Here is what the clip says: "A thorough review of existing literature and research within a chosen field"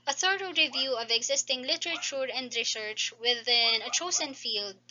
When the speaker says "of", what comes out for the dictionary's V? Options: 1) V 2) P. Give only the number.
1